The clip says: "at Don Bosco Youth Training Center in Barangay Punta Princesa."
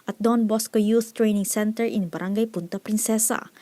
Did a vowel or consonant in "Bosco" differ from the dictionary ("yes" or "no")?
no